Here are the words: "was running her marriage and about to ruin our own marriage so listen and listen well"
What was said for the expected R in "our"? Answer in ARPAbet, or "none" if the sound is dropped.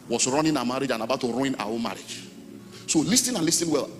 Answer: W